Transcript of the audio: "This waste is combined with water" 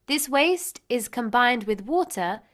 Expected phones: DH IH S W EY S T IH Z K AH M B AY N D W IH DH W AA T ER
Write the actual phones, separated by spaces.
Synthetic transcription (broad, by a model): DH IH S W EY S T IH Z K AH M B AY N D W IH DH W AA T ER